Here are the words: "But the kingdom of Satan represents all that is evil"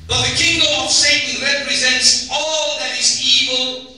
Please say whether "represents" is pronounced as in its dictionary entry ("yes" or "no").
yes